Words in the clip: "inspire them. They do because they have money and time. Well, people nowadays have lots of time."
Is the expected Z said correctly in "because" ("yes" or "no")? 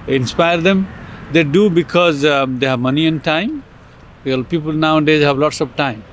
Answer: yes